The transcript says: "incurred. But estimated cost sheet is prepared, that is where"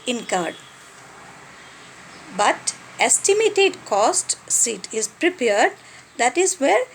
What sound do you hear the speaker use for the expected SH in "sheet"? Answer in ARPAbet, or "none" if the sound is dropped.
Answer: S